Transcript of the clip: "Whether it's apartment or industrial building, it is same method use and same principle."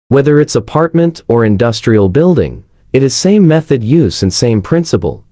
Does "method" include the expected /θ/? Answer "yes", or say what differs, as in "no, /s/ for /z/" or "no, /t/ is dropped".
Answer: yes